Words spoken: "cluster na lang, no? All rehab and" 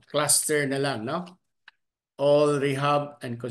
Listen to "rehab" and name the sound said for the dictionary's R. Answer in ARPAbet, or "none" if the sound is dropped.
R